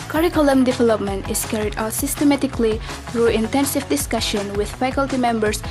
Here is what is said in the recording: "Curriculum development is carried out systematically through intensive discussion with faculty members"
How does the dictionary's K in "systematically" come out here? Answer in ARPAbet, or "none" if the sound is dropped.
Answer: K